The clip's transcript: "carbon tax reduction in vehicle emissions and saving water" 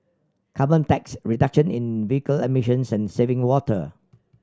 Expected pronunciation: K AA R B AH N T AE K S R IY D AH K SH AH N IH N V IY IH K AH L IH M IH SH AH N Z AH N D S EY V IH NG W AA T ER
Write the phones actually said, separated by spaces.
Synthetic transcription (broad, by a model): K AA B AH N T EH K S R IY D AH K SH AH N IH N V IY IH K AH L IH M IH SH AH N S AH N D S EY V IH NG W AA T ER